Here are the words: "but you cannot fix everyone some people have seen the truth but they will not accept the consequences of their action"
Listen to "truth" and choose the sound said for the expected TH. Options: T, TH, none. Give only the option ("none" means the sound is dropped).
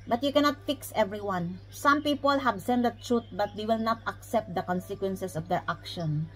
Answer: T